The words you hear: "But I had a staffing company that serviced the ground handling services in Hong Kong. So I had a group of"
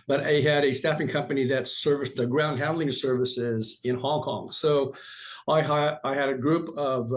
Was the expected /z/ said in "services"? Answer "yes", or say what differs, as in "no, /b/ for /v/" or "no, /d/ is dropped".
yes